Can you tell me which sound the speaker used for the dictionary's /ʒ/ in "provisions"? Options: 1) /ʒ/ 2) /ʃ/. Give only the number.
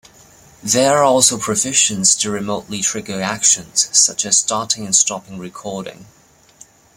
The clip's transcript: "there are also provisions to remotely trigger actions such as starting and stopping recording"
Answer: 2